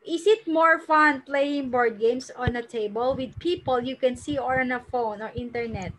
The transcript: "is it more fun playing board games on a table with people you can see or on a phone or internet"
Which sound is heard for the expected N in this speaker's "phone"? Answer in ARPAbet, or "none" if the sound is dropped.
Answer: N